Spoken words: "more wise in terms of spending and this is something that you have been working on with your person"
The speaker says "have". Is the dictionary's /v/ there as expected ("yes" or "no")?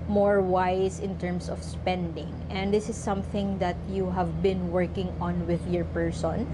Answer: yes